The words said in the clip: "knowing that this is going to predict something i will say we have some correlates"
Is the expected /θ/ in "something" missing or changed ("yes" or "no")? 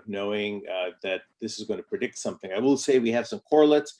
no